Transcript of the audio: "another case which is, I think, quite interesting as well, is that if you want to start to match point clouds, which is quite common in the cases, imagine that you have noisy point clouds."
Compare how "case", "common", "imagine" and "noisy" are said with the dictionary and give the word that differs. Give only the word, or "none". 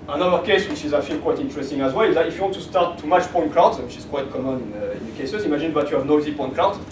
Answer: imagine